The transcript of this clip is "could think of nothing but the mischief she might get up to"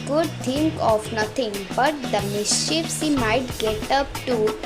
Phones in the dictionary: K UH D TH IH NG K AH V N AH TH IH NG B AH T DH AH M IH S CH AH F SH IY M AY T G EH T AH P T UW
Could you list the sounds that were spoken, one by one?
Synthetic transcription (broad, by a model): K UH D T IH NG K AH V N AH T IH NG B AH T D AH M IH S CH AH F S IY M AY T G EH T AH P T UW